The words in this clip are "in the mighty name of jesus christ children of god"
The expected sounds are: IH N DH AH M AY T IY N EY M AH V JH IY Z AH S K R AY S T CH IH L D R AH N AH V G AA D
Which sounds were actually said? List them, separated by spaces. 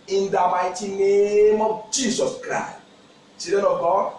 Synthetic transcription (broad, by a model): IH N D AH M AY T IY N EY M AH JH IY S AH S K R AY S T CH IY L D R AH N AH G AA